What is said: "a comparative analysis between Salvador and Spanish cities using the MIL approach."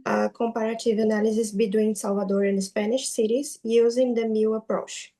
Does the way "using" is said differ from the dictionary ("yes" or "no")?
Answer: no